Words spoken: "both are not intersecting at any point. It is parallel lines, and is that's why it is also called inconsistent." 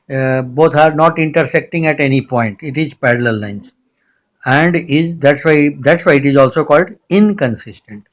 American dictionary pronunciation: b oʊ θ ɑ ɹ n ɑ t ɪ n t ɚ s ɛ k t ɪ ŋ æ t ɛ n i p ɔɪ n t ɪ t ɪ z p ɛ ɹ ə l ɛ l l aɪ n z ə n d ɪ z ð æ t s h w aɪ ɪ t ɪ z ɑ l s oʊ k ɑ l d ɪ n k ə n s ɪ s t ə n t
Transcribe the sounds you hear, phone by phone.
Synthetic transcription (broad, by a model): b oʊ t ɑ ɹ n ɑ t ɪ n t ɚ s ɛ k t ɪ ŋ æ t ɛ n i p ɔɪ n t ɪ t ɪ z p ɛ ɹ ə l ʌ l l aɪ n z ə n d ɪ z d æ t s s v aɪ ɪ t ɪ z ɑ l s oʊ k ɑ l d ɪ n k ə n s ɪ s t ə n t